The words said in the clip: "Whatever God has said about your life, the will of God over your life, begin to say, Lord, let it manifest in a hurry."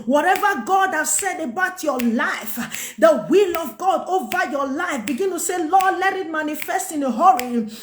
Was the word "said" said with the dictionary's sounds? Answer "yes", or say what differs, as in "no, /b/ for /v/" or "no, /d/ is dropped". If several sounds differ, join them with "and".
yes